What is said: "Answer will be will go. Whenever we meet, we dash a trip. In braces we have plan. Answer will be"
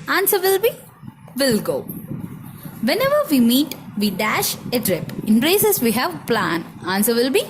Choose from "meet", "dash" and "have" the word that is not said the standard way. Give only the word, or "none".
none